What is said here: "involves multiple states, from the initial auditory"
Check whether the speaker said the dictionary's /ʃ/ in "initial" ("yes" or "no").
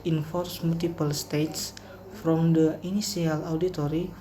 no